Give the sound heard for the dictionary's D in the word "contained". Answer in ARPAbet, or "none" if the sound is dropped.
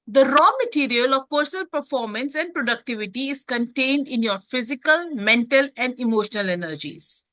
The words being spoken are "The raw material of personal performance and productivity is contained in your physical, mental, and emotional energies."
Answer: D